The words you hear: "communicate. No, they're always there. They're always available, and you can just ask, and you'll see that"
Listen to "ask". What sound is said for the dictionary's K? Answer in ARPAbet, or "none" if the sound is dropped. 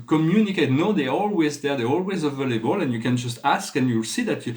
K